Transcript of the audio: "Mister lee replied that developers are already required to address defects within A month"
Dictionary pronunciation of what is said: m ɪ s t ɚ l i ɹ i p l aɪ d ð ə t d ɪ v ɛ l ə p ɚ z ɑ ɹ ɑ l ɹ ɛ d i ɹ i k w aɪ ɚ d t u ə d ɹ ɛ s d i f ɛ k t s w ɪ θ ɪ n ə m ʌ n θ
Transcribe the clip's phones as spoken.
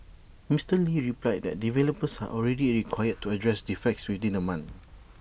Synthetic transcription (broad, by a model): m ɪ s t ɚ l i ɹ i p l aɪ d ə t d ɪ v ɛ l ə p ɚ s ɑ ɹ ɑ l ɹ ɛ d i ɹ i k w aɪ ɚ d t u ə d ɹ ɛ s d i f ɛ k t s w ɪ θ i n ə m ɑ n